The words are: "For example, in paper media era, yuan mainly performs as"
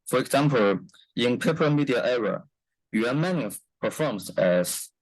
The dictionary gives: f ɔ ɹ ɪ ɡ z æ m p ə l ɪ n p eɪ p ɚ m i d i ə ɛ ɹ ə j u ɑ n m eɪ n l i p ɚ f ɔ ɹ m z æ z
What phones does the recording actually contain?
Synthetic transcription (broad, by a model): f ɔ ɹ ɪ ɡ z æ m p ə l ɪ n p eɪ p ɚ m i d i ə ɛ ɹ ə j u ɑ m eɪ n i p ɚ f ɔ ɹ m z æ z